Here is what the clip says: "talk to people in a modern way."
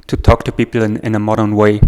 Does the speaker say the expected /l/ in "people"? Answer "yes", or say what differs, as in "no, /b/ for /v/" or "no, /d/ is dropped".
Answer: no, /n/ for /l/